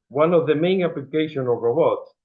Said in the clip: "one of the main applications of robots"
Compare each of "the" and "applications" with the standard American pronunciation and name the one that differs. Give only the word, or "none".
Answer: applications